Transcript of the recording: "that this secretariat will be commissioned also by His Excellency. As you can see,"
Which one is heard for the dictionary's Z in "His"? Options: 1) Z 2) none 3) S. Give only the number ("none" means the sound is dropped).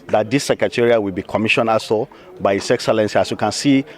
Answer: 3